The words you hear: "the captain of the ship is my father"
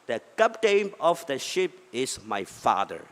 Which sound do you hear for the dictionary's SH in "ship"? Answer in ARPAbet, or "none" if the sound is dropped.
SH